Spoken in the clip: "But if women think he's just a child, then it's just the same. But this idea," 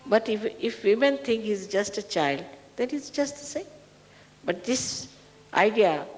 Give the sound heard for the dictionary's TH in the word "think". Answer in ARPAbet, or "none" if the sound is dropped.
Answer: T